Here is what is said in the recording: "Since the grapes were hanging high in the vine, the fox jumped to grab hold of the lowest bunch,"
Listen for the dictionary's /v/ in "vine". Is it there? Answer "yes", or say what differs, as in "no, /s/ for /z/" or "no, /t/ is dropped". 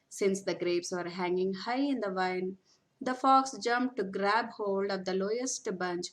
yes